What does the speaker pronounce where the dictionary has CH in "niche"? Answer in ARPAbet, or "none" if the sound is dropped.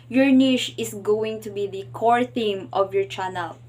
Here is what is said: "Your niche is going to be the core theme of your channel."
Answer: SH